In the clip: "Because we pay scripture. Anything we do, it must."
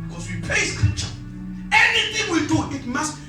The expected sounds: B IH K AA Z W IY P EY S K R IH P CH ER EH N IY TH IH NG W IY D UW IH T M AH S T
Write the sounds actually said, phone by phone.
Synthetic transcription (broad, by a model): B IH K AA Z W IY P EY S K IH CH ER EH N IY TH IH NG W IY D UW IH T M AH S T